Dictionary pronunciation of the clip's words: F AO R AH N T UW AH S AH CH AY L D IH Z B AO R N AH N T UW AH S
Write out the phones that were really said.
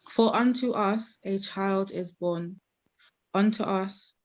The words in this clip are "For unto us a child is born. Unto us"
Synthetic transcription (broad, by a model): F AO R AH N T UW AH S AH CH AY L D IH Z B AO N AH N T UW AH S